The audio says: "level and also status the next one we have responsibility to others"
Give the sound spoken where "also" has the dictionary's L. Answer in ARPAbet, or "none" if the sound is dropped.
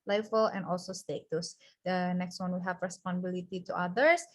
L